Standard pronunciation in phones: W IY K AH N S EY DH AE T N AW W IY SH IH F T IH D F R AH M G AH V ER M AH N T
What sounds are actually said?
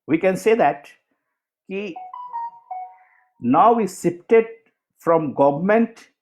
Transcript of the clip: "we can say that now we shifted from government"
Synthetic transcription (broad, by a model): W IY K AH N S EY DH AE T N AW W IY S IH P T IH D F R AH M G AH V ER M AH N T